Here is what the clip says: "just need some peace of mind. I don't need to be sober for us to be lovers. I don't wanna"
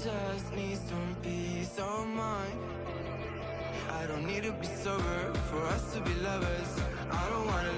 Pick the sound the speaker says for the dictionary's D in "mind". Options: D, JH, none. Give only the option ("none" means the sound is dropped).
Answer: none